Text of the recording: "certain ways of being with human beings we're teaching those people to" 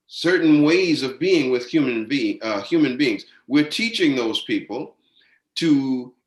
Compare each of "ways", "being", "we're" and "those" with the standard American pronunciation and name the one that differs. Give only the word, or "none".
none